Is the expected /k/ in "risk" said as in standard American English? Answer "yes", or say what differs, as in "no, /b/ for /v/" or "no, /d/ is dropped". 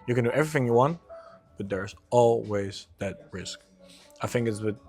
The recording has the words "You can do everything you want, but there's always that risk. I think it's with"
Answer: yes